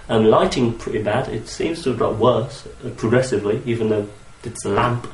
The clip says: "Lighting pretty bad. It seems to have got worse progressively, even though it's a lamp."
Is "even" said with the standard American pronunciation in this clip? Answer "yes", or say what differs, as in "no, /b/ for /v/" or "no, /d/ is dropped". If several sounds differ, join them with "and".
yes